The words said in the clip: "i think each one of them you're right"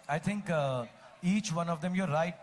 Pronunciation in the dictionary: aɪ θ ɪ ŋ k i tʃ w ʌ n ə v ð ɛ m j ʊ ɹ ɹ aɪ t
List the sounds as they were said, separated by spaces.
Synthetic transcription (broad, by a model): aɪ t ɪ ŋ k i tʃ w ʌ n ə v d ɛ m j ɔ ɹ ɹ aɪ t